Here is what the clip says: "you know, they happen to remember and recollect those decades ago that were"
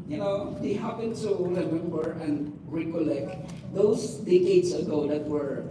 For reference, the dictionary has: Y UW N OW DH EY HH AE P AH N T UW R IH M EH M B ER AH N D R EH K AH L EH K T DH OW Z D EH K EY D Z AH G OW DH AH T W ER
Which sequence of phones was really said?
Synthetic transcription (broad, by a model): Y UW N OW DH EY HH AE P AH N T UW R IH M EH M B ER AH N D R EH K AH L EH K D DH OW S D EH K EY D S AH G OW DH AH T W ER